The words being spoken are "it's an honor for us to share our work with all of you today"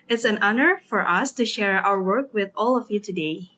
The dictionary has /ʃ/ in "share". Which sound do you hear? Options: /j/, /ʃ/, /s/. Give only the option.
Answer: /ʃ/